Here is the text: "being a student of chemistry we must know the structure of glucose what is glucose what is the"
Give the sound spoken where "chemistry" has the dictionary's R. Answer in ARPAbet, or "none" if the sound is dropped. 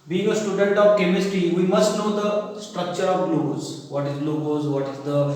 R